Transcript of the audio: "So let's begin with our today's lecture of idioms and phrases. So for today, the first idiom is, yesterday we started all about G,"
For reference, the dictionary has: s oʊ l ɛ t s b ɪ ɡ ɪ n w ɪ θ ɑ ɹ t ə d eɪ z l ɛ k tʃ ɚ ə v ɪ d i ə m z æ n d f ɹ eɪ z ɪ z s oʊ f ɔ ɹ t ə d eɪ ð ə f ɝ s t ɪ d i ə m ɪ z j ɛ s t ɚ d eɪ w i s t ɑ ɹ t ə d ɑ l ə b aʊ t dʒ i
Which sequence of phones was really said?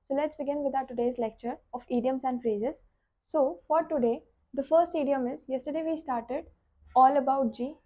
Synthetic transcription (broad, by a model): s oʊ l ɛ t s b ɪ ɡ ɪ n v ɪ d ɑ t ə d eɪ z l ɛ k tʃ ɚ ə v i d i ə m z æ n d f ɹ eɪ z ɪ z s oʊ f ɔ ɹ t ə d eɪ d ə f ɝ s t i d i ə m ɪ z j ɛ s t ɚ d eɪ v i s t ɑ ɹ t ə d ɑ l ə b aʊ t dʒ i